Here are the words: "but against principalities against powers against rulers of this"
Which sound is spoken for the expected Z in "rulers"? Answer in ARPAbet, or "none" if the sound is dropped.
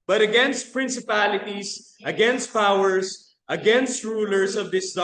S